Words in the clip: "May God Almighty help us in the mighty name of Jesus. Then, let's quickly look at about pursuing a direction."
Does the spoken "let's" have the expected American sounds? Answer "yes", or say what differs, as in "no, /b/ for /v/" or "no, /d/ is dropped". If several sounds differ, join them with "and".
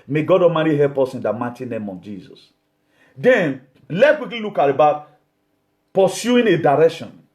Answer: no, /s/ is dropped